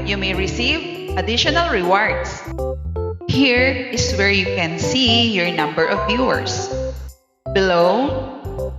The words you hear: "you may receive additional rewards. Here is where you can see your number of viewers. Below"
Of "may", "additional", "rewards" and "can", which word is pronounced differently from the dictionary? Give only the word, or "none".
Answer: rewards